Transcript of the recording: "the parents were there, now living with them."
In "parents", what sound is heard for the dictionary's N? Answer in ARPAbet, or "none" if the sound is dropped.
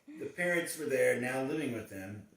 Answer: none